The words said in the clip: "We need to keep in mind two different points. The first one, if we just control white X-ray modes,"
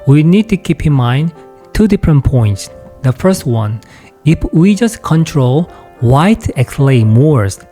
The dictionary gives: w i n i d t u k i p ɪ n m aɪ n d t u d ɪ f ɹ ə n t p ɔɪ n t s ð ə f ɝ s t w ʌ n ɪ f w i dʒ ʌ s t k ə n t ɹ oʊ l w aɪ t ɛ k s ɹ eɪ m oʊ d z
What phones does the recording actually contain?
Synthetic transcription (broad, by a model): w i n i d t u k i p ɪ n m aɪ n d t u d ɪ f ɹ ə n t p ɔɪ n t s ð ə f ɝ s t w ʌ n ɪ f w i dʒ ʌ s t k ə n t ɹ oʊ l w aɪ t ɛ k s l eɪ m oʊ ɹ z